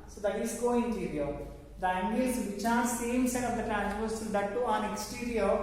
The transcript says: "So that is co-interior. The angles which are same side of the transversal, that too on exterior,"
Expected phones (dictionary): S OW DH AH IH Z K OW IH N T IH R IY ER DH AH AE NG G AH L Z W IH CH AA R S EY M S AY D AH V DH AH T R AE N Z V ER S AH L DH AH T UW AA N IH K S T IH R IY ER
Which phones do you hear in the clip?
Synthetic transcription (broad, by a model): S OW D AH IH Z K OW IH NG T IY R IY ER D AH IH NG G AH Z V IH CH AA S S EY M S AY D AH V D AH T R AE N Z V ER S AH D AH T UW AA N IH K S T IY R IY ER